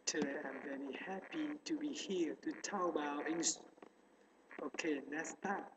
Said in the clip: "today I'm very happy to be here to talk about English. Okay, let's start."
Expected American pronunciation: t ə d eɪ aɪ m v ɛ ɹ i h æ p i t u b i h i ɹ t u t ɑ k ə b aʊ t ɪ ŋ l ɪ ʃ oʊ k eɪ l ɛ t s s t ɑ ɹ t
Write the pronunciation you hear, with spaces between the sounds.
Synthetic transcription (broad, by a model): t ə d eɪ aɪ m v ɛ ɹ i h æ p i t u b i h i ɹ t u t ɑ ə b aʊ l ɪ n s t oʊ k eɪ n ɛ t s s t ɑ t